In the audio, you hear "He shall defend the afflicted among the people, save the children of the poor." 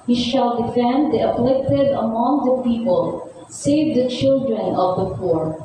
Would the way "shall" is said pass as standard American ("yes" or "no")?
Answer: yes